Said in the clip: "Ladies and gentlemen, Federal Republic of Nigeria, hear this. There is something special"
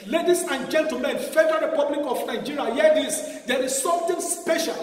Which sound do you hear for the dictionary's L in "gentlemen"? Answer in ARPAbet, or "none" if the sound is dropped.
none